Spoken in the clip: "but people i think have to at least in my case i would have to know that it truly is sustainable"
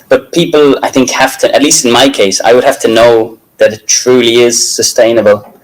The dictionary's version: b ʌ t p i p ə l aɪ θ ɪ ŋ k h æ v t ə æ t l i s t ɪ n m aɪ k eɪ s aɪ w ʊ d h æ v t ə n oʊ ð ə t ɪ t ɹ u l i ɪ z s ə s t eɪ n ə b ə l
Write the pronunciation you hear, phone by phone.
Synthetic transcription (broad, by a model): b ʌ t p i p ə l aɪ θ ɪ ŋ k h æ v t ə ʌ t l i s t ɪ n m aɪ k eɪ s aɪ w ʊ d h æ f t ə n oʊ ð ə t ɪ t ɹ u l i ɪ z s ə s t eɪ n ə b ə l